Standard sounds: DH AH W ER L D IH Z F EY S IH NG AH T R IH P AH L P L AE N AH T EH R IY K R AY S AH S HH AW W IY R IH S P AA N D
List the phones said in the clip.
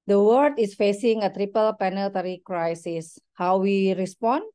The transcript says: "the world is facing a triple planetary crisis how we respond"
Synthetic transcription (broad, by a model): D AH W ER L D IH S F EY S IH NG AH T R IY P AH L P EH N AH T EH R IY K R AY S AH S HH AW W IY R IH S P AA N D